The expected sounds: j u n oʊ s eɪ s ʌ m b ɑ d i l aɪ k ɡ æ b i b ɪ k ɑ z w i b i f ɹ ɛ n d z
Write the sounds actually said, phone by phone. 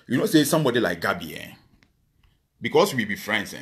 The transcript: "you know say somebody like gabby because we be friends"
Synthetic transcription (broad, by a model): j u n oʊ s eɪ s ʌ m b ɑ d i l aɪ k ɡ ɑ b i b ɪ k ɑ s w i b i f ɹ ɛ n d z